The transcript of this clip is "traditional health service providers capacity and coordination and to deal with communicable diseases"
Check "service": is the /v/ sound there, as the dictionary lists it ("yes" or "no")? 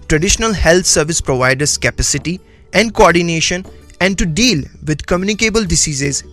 yes